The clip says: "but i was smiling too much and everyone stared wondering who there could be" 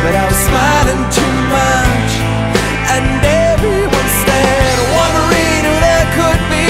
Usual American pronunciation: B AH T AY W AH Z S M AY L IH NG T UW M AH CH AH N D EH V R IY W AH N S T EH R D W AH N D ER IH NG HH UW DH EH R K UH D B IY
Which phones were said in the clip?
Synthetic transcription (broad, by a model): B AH T AY W AH Z S M AY L IH NG T UW M AH CH AH N D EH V IY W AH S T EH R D W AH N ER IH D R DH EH K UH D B IY